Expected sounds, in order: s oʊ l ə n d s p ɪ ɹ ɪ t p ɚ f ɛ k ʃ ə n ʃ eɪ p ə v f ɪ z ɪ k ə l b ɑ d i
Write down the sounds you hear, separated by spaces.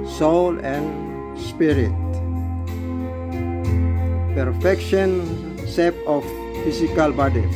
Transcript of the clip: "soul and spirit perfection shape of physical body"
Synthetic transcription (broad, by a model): s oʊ l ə n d s p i ɹ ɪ t p ɚ f ɛ k ʃ ə n s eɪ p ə f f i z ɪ k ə l b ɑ d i